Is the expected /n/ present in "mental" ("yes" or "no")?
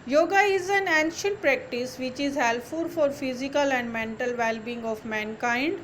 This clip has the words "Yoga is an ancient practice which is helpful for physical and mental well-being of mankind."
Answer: yes